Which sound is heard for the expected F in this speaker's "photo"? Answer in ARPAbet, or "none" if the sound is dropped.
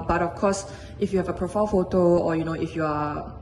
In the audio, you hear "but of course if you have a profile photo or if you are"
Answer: F